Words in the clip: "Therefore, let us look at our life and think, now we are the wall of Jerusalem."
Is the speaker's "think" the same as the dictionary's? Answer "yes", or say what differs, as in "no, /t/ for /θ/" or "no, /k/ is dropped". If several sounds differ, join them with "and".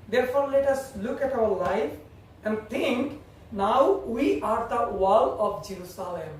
no, /t/ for /θ/